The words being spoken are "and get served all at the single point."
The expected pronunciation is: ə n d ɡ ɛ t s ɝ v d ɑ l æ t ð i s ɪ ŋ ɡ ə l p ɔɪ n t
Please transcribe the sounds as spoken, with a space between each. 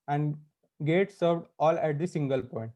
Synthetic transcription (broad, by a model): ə n d ɡ ɛ t s ɝ v d ɑ l æ t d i s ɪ ŋ ɡ ə l p ɔɪ n t